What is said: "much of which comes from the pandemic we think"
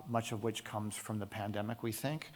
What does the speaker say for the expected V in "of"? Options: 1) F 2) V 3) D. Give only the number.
2